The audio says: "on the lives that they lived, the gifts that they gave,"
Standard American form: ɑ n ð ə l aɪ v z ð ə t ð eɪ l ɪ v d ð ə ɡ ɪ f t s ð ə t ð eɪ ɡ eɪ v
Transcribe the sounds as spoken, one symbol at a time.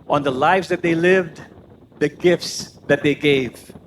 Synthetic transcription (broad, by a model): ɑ n ð ə l aɪ v z ð ə t ð eɪ l ɪ v d ð ə ɡ ɪ f t s ð ə t ð eɪ ɡ eɪ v